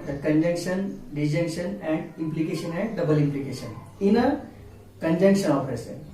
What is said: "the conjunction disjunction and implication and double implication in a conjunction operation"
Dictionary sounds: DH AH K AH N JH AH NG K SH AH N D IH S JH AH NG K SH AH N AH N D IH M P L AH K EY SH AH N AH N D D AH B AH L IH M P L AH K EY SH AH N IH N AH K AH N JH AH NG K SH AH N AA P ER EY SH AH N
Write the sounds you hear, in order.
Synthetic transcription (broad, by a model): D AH K AH N JH AH NG K SH AH N D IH JH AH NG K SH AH N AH N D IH M P L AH K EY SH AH N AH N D D AH B AH L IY M P L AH K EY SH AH N IH N AH K AH N JH AH NG K SH AH N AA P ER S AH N